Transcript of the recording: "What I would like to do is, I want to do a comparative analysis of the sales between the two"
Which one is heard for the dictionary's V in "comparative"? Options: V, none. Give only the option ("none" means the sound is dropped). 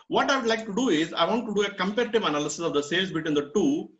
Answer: V